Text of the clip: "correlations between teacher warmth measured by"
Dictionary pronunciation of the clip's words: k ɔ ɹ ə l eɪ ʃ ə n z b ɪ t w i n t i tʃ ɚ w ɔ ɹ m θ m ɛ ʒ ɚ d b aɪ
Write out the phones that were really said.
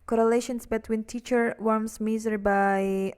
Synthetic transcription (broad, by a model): k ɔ ɹ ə l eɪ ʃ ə n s b ɪ t w i n t i tʃ ɚ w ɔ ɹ m s m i z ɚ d b aɪ